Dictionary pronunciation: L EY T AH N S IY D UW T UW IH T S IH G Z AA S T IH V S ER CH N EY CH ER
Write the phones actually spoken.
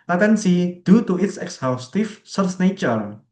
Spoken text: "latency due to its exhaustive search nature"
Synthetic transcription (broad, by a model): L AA T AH N S IY D UW T UW IH T S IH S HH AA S T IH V S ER S N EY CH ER